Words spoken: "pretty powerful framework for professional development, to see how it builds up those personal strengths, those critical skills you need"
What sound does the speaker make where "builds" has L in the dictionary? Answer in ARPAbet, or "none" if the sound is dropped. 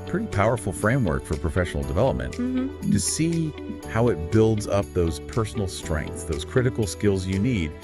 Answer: L